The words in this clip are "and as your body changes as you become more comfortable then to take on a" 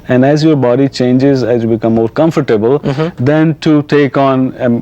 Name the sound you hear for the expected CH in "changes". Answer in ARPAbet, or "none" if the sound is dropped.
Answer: CH